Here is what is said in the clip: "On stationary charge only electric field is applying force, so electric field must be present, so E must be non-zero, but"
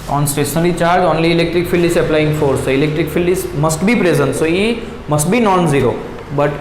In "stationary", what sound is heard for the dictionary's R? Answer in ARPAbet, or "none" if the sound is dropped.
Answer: L